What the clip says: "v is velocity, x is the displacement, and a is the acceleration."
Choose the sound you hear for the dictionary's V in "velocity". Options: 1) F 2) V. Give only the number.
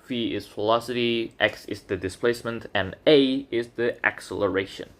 1